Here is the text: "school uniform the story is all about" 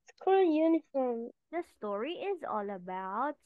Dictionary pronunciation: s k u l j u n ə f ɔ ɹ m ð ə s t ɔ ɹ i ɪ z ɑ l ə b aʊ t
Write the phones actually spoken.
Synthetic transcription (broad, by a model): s k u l j u n ə f ɔ ɹ m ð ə s t ɔ ɹ i ɪ z ɑ l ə b aʊ t